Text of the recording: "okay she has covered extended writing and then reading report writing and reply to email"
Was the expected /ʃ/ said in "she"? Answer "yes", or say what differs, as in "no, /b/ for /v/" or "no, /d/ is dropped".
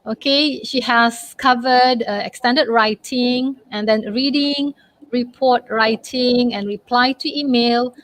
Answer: yes